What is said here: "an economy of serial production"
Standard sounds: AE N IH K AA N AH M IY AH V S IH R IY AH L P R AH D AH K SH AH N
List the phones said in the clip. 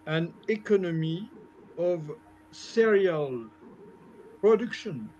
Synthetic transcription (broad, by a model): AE N IH K AA N AH M IY AH V S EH R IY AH L P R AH D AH K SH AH N